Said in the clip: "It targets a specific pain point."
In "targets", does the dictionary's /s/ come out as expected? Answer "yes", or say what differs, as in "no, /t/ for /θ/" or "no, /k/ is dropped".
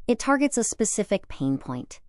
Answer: yes